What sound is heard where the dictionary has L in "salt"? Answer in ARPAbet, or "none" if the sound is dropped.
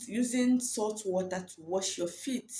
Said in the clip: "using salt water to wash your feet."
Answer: none